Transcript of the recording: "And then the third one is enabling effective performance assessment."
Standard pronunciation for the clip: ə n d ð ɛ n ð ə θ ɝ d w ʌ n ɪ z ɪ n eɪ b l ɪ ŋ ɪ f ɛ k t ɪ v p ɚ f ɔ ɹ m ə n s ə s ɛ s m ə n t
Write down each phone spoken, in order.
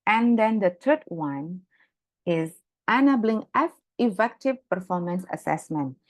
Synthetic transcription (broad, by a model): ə n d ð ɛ n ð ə t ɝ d w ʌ n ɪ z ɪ n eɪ b l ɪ ŋ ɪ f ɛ k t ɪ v p ɚ f ɔ ɹ m ə n s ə s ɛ s m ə n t